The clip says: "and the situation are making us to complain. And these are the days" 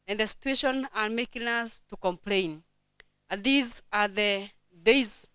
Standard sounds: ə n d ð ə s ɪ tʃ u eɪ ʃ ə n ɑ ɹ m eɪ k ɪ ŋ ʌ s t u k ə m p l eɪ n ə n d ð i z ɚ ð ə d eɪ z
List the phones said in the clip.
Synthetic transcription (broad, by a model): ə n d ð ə s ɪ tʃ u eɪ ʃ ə n ɑ ɹ m eɪ k ɪ ŋ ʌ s t u k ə m p l eɪ ə n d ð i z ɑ ð ə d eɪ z